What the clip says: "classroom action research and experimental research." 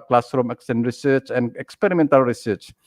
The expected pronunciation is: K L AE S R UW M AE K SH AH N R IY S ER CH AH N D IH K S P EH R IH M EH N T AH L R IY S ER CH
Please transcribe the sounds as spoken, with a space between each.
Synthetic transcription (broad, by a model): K L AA S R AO M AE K S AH N R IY S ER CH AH N IH K S P EH R IH M EH N T AH L R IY S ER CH